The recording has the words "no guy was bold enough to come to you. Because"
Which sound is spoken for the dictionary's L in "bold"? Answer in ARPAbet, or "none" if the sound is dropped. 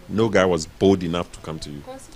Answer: L